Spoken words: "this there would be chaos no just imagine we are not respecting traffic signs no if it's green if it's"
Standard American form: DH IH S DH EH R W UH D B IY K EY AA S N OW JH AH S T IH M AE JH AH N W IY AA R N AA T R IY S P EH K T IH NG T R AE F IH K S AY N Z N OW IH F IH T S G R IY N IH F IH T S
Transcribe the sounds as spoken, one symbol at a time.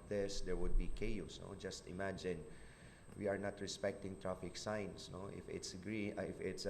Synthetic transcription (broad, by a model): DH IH S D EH R W UH D B IY K EY AA S N OW JH AH S T IH M AE JH AH N W IY AA R N AA T R IY S P EH K T IH NG T R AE F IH K S AY N S N OW IH F IH T S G R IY IH F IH T S